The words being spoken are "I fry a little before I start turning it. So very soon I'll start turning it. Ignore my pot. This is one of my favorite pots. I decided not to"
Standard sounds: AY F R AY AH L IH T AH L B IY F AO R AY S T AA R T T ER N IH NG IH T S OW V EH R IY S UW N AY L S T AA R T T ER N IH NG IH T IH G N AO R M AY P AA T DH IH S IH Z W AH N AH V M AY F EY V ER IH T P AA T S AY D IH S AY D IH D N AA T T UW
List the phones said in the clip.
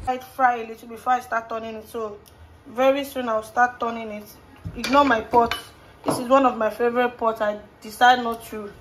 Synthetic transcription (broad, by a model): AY F R AY AH L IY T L B IY F AO AY S T AA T T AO N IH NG IH T S OW V EH R IY S UW N AY W S T AA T T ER N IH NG IH T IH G N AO M AY P AA T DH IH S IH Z W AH N AH V M AY F EY V ER IH T P AA T S AY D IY S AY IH D N AA T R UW